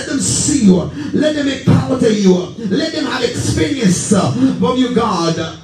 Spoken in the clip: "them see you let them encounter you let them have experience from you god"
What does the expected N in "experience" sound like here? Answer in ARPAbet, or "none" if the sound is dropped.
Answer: N